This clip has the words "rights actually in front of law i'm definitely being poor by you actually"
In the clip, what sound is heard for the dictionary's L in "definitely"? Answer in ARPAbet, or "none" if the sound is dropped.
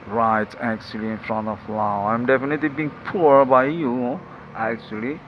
L